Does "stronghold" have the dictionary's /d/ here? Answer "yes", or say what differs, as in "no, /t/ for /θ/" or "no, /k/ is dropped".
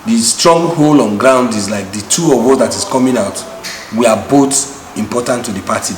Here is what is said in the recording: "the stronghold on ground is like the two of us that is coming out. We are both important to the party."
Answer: no, /d/ is dropped